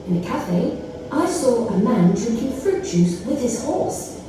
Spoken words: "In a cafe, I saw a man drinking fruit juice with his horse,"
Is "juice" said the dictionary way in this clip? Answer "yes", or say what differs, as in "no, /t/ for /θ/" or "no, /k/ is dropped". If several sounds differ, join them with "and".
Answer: no, /tʃ/ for /dʒ/